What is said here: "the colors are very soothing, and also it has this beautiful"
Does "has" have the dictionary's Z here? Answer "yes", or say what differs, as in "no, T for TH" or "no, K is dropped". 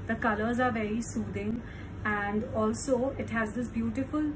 yes